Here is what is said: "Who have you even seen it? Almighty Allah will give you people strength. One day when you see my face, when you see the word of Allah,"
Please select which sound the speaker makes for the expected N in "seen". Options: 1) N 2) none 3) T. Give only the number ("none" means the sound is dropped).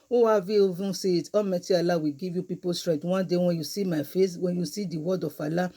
2